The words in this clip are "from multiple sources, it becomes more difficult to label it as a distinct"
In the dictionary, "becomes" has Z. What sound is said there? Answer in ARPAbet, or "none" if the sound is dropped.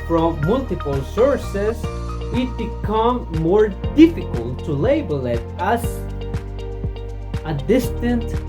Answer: none